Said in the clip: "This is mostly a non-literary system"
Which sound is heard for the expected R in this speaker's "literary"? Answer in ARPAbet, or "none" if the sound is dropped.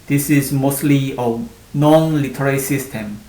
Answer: L